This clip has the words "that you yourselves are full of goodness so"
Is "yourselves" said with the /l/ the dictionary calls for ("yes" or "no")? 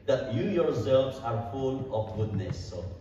no